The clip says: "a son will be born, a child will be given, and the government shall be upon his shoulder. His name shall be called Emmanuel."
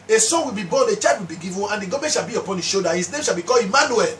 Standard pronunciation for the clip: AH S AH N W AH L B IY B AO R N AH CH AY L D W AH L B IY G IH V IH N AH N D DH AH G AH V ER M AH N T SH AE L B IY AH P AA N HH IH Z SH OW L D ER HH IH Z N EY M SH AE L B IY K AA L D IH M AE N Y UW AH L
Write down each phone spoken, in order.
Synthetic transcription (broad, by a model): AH S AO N W AH L B IY B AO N AH CH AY D W AH L B IY G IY V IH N AH N D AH G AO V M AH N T SH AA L B IY AH P AA N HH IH SH OW D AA HH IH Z N EY M SH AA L B IY K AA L IH M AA N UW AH L